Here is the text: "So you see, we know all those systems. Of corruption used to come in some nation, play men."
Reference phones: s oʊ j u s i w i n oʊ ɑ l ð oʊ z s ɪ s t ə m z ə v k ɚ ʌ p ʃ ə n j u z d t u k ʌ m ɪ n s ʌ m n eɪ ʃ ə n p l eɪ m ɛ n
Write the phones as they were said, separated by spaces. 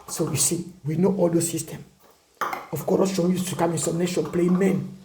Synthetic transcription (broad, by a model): s oʊ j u s i w i n oʊ ɑ l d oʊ s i s t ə m ə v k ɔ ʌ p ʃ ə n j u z t u k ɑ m ɪ n s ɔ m n eɪ ʃ ə n p l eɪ m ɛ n